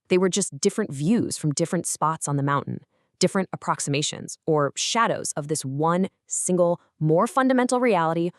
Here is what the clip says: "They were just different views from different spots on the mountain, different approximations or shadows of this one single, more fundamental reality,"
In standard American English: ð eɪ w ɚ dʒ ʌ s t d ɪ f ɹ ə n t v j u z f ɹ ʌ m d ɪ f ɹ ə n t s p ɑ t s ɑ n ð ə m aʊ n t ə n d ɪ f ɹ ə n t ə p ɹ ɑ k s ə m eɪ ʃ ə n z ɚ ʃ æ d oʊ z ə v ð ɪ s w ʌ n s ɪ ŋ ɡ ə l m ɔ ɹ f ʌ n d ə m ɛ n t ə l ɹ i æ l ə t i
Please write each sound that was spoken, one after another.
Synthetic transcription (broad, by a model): ð eɪ w ɚ dʒ ʌ s d ɪ f ɹ ə n t v j u z f ɹ ʌ m d ɪ f ɹ ə n t s p ɑ t s n ð ə m aʊ n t n d ɪ f ɹ ə n t ə p ɹ ɑ k s ə m eɪ ʃ ə n z ɚ ʃ æ d oʊ z ə v ð ɪ s w ʌ n s ɪ ŋ ɡ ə l m ɔ ɹ f ʌ n d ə m ɛ n t l ɹ i æ l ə t i